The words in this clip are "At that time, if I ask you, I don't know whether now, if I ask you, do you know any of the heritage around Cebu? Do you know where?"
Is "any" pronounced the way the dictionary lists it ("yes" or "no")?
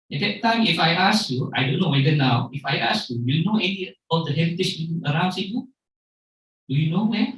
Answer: yes